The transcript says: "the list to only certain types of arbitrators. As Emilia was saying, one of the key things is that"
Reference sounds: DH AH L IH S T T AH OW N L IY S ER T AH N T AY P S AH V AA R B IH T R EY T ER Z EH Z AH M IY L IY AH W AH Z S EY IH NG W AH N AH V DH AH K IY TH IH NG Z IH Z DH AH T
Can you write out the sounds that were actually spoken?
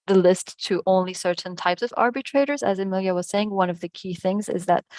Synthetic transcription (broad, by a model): DH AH L IH S T T AH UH N L IY S ER T N T AY P S AH V AA R B IH T R EY T ER Z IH Z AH M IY L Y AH W AH Z S EY IH NG W AH N AH V DH AH K IY TH IH NG Z IH Z DH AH T